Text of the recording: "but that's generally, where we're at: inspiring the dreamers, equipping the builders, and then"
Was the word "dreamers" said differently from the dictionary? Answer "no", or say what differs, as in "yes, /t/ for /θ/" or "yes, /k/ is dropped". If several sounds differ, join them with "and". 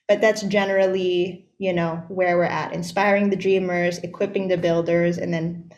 no